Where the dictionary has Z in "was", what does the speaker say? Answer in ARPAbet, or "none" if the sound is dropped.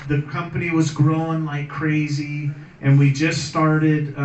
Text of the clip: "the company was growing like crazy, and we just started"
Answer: Z